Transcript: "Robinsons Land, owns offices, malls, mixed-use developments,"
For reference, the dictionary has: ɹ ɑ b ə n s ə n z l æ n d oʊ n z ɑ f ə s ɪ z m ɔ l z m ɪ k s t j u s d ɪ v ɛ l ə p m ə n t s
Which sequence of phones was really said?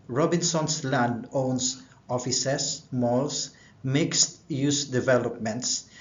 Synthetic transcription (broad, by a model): ɹ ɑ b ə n s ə n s l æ n d oʊ n s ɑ f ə s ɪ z m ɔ l s m ɪ k s t j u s d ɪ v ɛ l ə p m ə n t s